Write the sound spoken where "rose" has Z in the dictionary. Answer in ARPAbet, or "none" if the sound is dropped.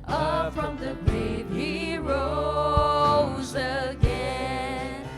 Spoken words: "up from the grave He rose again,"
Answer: Z